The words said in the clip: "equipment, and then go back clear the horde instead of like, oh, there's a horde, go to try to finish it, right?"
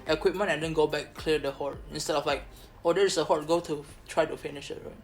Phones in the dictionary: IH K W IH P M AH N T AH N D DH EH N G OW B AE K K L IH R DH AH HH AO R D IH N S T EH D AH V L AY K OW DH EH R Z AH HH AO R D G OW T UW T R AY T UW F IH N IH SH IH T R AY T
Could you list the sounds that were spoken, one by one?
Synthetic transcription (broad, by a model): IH K W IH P M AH N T AH N D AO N G OW B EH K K L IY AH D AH HH AO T IH N S T EH D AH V L AY K OW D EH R S AH HH AO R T G OW T UW T R AY T UW F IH N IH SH IH T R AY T